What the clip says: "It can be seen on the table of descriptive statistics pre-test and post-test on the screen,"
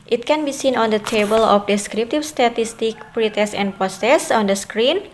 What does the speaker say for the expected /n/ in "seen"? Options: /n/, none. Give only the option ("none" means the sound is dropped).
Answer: /n/